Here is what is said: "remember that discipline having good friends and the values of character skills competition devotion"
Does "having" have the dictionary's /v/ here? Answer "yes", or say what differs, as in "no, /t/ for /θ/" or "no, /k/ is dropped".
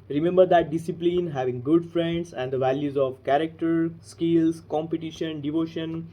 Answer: yes